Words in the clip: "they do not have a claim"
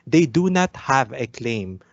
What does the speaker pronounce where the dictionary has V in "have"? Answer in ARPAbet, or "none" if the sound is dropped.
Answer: V